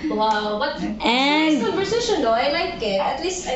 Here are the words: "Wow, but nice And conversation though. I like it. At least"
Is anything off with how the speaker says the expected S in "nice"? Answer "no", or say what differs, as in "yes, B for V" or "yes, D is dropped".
yes, S is dropped